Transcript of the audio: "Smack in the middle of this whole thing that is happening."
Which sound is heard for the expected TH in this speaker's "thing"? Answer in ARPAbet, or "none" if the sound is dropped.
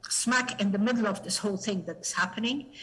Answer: TH